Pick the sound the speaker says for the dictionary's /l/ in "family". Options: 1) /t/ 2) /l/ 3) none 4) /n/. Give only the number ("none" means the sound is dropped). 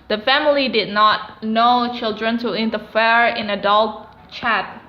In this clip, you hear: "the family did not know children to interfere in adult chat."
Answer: 2